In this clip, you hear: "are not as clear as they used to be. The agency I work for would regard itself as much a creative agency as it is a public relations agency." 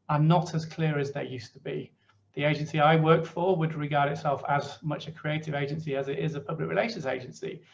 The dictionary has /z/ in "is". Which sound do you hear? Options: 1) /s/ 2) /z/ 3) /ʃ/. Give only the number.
2